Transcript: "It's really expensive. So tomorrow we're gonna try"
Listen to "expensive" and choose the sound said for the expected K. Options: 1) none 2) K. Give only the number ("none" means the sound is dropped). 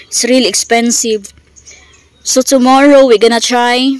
2